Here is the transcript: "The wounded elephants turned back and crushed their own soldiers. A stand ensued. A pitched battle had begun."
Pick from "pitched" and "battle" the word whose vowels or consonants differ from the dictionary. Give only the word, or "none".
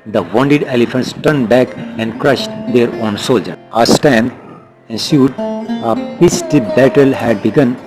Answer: pitched